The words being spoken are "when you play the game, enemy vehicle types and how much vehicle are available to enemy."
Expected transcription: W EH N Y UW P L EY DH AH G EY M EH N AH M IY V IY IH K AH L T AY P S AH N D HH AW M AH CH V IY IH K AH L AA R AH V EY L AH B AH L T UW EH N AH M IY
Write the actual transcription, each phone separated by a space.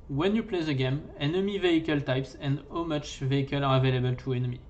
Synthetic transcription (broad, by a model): W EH N Y UW P L EY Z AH G EY M EH N AH M IY V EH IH K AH L T AY P S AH N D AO M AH CH V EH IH K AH L AA R AH V EY L AH B AH L T UW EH N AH M IY